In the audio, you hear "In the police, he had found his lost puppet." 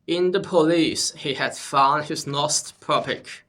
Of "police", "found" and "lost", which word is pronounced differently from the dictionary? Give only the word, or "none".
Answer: lost